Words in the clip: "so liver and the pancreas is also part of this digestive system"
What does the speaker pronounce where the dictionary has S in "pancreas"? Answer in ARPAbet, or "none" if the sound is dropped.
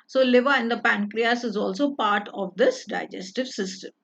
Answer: S